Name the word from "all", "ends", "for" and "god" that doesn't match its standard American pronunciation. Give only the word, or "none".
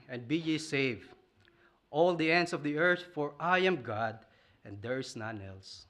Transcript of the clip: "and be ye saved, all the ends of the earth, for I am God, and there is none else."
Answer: ends